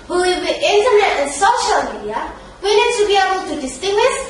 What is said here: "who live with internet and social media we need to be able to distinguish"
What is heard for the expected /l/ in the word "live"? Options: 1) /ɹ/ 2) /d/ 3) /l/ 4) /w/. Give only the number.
4